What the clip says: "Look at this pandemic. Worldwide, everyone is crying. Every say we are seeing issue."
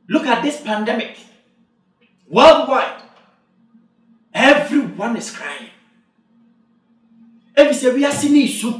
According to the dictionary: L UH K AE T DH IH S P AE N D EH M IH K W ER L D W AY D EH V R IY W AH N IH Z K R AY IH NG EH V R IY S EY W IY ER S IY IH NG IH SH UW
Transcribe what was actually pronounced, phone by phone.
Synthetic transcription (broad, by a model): L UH K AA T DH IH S P AE N D EH M IH K W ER L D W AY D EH V R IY W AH N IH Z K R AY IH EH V IY S EY W IY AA S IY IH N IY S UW